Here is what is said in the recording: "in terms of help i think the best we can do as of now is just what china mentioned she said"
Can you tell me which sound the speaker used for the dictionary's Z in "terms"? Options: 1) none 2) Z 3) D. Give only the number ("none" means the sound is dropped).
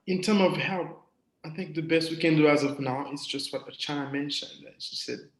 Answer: 1